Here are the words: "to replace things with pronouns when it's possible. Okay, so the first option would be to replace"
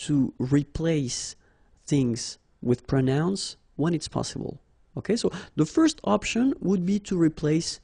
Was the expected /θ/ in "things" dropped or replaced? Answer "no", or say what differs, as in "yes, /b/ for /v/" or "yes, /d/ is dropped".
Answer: no